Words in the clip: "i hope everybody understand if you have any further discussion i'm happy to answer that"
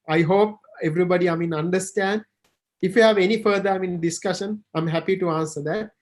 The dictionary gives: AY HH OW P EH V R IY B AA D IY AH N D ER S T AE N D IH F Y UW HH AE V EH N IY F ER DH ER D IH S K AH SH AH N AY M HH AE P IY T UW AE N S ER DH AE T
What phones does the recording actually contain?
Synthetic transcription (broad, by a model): AY HH OW P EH V R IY B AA D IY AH N D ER S T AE N D IH F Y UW HH AE V EH N IY F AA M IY D IH S K AH SH AH N AY M HH AE P IY T UW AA N S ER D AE T